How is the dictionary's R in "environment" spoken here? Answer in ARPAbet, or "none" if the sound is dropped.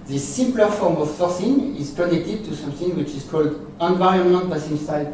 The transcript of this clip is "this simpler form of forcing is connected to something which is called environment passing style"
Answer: none